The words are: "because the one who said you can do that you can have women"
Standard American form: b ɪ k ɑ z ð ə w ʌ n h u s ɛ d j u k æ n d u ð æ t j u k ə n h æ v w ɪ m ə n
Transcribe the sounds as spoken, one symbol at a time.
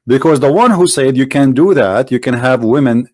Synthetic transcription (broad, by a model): b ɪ k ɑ z ð ə w ʌ n h u s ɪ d j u k æ n d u ð æ t j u k ə n h æ v w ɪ m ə n